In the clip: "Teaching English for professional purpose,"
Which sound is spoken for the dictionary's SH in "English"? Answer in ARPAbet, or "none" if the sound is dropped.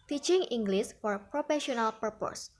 S